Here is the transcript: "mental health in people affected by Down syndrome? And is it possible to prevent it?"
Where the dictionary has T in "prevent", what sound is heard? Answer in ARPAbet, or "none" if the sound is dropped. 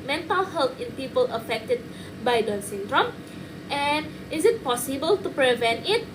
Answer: T